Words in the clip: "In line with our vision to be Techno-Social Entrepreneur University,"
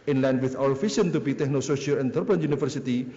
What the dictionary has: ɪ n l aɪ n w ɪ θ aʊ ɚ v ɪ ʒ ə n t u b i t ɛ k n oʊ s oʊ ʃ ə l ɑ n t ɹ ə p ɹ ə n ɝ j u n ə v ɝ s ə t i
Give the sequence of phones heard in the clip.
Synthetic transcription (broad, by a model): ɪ n l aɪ n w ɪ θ aʊ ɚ f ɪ s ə n t u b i t ɛ k n oʊ s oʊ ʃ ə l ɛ n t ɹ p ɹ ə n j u n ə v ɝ s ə t i